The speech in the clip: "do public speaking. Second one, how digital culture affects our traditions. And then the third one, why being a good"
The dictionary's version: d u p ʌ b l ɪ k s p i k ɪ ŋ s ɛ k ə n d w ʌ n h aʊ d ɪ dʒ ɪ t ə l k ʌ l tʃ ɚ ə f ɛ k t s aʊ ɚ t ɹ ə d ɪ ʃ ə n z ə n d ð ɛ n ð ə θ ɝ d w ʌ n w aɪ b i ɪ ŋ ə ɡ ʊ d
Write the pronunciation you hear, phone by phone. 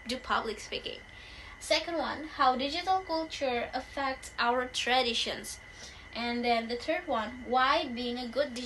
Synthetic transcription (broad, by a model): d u p ʌ b l ɪ k s p i k ɪ ŋ s ɛ k ə n d w ʌ n h aʊ d ɪ dʒ ɪ t ə l k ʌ l tʃ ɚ ə f ɛ k t s aʊ ɚ t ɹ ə d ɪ ʃ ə n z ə n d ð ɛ n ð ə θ ɝ d w ʌ n w aɪ b i ɪ ŋ ə ɡ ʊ d